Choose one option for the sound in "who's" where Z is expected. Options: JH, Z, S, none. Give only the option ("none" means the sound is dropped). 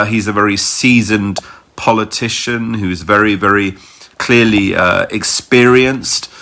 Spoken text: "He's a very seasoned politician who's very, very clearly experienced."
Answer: Z